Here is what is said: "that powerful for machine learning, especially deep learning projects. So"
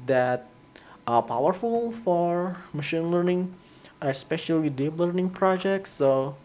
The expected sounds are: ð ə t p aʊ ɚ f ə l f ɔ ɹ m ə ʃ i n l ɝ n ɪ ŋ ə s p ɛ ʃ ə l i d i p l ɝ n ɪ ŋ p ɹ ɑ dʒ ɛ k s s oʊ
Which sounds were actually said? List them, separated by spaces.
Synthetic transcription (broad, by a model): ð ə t p aʊ ɚ f ə l f ɔ ɹ m ə ʃ i n l ɝ n ɪ ŋ ə s p ɛ ʃ ə l i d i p l ɝ n ɪ ŋ p ɹ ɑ dʒ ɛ k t s oʊ